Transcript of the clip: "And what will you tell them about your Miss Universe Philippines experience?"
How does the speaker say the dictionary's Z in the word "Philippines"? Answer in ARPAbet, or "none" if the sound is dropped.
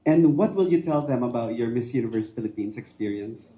S